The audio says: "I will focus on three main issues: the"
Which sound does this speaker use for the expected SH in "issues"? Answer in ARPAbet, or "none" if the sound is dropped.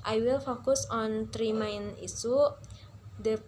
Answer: S